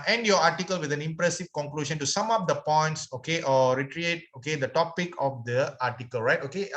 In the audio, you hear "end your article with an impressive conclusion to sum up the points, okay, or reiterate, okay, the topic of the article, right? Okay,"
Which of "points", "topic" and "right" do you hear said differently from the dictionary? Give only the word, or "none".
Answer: none